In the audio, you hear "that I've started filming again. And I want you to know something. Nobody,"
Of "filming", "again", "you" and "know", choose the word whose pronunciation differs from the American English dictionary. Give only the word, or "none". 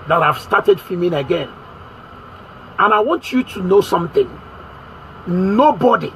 filming